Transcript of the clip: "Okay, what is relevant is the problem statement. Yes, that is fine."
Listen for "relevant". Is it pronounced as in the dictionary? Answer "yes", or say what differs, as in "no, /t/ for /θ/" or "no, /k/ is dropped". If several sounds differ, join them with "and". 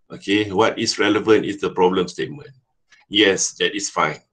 yes